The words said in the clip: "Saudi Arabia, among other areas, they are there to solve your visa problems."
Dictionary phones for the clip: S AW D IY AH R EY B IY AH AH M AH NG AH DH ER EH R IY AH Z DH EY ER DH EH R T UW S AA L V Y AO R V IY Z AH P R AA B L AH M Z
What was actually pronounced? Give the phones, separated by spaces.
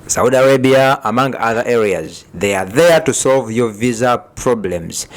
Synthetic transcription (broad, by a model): S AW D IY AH R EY B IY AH AH M AH NG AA DH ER EH R IY AH Z DH EY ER DH EH R T UW S AA L V Y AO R V IY Z AH P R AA B L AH M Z